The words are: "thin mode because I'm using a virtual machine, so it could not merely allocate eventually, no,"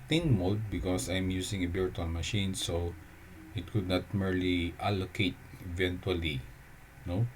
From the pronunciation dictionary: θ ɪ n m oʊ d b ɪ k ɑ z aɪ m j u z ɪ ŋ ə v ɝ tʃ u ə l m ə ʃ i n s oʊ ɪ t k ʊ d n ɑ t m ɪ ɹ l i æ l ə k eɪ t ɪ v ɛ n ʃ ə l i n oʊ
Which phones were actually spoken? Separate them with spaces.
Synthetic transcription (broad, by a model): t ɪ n m oʊ d b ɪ k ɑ s aɪ m j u s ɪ ŋ ə b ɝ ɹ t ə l m ə ʃ i n s oʊ ɪ t k ʊ d n ɑ t m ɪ ɹ l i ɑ l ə k eɪ t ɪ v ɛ n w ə l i n oʊ